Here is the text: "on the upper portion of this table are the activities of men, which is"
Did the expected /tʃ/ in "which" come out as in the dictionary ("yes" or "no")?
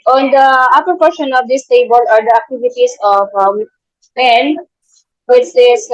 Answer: no